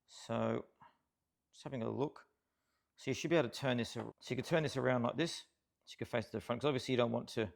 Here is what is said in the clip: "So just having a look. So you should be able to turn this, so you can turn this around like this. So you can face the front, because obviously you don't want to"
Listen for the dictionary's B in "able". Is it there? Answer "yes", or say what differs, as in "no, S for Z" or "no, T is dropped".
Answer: no, B is dropped